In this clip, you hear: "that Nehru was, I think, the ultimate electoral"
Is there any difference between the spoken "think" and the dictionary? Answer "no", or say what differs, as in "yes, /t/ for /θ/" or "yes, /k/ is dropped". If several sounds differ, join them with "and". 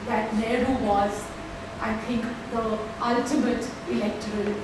yes, /t/ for /θ/